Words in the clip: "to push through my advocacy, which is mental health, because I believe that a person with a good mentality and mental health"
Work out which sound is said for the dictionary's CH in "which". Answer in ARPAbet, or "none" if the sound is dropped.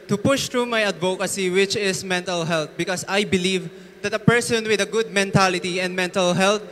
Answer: CH